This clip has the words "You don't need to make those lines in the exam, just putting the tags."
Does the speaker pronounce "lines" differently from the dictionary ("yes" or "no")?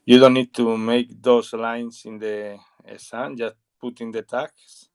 yes